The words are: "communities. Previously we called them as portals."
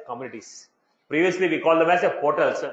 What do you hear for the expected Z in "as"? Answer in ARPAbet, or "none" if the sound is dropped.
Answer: S